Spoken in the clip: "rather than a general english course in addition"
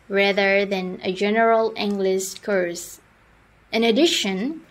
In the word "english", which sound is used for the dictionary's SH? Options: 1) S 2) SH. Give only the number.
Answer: 1